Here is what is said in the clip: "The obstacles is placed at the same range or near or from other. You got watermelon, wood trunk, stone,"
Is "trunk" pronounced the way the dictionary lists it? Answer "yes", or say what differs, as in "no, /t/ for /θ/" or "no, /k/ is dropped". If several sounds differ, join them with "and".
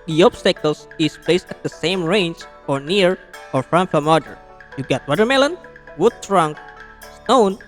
yes